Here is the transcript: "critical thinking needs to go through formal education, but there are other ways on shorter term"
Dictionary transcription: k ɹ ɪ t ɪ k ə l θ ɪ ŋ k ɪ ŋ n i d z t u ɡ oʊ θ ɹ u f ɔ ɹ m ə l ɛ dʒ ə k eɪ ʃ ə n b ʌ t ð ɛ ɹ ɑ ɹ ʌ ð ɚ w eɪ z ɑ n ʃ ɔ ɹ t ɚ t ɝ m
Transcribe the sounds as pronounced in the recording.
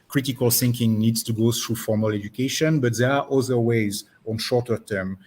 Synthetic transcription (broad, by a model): k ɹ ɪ t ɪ k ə l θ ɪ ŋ k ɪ ŋ n i d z t u ɡ oʊ θ ɹ u f ɔ ɹ m ə l ɛ dʒ ə k eɪ ʃ ə n b ʌ t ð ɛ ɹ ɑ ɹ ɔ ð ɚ w eɪ z ɑ n ʃ ɔ ɹ t ɚ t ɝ m